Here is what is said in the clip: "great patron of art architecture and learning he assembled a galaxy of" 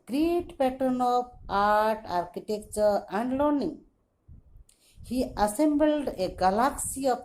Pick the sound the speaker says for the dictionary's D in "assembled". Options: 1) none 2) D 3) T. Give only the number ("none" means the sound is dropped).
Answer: 2